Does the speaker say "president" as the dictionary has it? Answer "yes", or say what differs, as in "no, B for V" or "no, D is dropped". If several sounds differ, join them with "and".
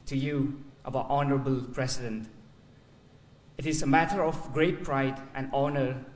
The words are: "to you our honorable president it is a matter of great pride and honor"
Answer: no, S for Z